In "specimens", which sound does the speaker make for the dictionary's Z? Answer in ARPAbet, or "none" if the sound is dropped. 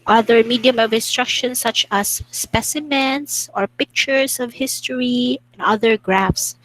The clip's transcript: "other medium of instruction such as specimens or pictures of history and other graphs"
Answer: S